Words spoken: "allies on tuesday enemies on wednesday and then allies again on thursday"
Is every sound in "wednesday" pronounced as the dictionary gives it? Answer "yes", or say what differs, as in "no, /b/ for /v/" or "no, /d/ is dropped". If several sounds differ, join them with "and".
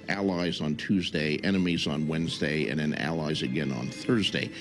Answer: yes